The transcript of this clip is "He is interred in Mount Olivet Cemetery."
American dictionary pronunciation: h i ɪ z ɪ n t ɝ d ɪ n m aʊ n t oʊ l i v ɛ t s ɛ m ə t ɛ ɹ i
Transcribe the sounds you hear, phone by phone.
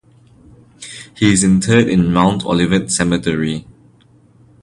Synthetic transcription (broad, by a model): h i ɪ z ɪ n t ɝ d ɪ n m aʊ n t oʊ l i v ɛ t s ɛ m ə t ɛ ɹ i